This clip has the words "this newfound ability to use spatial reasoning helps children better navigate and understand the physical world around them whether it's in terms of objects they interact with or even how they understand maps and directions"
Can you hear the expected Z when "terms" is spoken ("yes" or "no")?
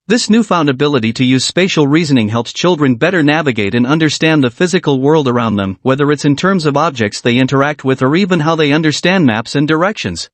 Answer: yes